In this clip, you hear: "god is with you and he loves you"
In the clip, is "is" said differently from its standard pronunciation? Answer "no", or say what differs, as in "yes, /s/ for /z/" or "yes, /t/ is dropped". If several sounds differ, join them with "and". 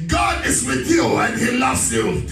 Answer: no